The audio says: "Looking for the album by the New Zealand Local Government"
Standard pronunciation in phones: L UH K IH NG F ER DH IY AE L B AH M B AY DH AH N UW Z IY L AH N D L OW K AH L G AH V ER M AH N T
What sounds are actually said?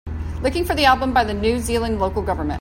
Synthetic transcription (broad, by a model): L UH K IH NG F ER DH IY AE L B AH M B AY DH AH N UW Z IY L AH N L OW K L G AH V ER M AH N